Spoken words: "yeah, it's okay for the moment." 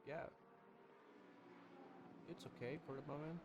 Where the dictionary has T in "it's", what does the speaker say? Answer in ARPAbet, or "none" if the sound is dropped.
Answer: T